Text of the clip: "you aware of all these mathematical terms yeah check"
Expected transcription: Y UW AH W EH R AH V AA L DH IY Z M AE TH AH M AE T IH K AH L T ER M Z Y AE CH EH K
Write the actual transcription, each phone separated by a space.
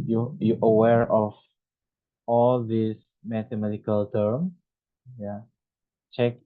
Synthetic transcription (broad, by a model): Y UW AH W EH R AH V AA L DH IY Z M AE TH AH M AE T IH K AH L T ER M Y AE CH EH K